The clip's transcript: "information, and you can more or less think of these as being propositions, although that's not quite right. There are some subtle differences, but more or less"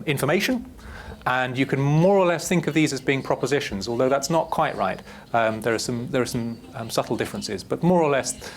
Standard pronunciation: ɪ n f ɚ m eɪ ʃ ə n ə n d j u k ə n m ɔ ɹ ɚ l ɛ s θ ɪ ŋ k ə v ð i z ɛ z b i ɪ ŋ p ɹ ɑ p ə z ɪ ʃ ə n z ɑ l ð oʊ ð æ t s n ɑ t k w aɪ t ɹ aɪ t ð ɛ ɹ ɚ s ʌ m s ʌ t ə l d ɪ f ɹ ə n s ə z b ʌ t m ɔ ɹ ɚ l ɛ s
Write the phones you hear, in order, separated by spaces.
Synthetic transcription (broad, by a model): ɪ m f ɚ m eɪ ʃ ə n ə n j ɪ k ə n m ɔ ɹ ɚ l ɛ s θ ɪ ŋ k ə v ð i z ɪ z b i ɪ ŋ p ɹ ɑ p ə z ɪ ʃ ə n z ɑ l ð oʊ ð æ t s n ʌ t k w aɪ t ɹ aɪ t ð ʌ ɹ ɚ s ʌ m s ʌ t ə l d ɪ f ɹ ə n s ə z b ʌ t m ɔ ɹ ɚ l ɛ s